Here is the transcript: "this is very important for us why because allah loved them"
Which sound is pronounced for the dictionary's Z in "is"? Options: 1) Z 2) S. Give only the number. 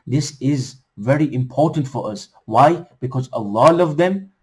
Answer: 1